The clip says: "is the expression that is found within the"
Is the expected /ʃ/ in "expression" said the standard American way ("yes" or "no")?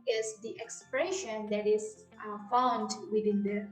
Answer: yes